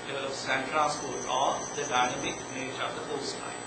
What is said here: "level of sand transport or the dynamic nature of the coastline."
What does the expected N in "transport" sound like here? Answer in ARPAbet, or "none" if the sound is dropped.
L